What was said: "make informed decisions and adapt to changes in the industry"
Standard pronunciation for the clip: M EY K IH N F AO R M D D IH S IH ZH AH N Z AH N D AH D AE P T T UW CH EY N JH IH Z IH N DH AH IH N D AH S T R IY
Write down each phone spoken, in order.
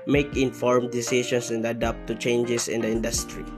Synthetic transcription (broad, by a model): M EY K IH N F AO R M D D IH S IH S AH N S AH N D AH D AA P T T UW CH EY N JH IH S IH N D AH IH N D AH S T R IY